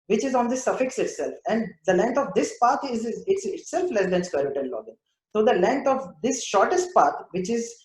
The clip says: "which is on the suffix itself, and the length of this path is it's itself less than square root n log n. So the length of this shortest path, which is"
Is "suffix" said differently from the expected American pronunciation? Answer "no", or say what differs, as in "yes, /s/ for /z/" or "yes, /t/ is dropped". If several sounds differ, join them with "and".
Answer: no